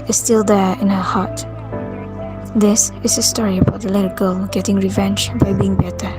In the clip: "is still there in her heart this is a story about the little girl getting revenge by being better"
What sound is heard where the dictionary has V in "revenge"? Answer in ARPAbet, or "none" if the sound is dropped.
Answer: V